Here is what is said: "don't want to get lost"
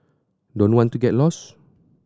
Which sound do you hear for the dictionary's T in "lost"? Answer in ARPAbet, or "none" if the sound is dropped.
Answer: none